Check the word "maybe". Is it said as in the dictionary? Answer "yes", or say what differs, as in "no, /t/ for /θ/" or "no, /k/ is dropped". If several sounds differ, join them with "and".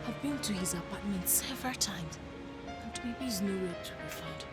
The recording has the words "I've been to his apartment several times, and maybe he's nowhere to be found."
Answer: no, /b/ is dropped